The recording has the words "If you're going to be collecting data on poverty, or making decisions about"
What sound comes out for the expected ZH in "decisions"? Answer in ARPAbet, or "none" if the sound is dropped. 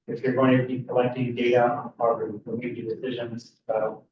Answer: ZH